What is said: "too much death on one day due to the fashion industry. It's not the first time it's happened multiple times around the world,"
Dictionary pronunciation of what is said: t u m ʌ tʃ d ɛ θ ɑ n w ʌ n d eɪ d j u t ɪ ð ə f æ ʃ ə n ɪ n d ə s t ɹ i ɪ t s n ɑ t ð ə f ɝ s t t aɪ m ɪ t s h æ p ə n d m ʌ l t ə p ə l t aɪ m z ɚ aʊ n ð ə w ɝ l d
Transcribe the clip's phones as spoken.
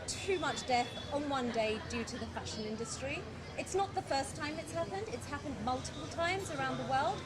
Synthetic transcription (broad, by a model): t u m ʌ tʃ d ɛ θ n w ʌ n d eɪ d j u t ɪ ð ə f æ ʃ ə n ɪ n d ə s t ɹ i ɪ t s n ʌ t ð ə f ɝ s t t aɪ m ɪ t s h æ p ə n d m ʌ l t ə p ə l t aɪ m z ɚ aʊ n ð ə w ɝ l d